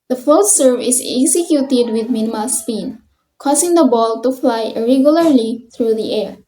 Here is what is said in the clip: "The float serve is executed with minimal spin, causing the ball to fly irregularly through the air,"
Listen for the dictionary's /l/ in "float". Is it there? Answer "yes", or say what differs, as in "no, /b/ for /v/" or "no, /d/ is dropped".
no, /l/ is dropped